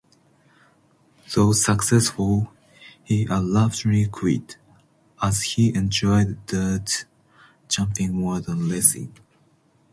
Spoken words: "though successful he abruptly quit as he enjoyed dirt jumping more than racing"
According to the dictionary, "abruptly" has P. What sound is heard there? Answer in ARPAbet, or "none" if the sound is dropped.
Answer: F